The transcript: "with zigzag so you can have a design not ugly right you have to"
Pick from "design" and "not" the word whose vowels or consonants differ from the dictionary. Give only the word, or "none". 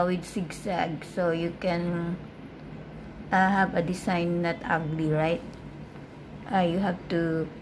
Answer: design